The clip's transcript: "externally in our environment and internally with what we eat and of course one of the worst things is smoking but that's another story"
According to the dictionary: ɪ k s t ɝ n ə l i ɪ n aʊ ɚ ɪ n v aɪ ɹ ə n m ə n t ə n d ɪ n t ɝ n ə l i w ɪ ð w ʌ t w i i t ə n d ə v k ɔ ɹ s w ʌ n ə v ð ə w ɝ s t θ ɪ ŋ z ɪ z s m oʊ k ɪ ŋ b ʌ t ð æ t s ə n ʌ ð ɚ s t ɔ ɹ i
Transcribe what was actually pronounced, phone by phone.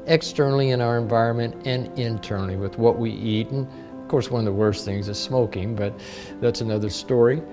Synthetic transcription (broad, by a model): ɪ k s t ɝ n l i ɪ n aʊ ɚ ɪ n v aɪ ɹ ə n m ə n t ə n ɪ n t ɝ n l i w ɪ ð w ʌ t w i i t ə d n ə v k ɔ ɹ s w ʌ n ə v ð ə w ɝ s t θ ɪ ŋ z ɪ z s m oʊ k ɪ ŋ b ʌ t ð æ t s ə n ʌ ð ɚ s t ɔ ɹ i